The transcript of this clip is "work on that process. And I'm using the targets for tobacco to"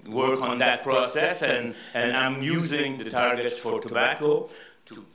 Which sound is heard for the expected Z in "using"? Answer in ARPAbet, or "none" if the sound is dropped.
Z